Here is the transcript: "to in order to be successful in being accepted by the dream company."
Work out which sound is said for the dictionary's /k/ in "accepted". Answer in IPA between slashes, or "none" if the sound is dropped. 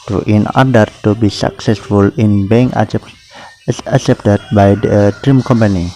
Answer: none